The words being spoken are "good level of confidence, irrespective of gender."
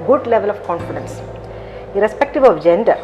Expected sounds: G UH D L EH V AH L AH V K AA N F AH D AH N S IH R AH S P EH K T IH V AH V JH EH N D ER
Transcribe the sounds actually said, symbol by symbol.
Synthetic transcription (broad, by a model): G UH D L EH V AH L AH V K AA N F AH D AH N S IH R AH S P EH K T IH V AH V JH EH N D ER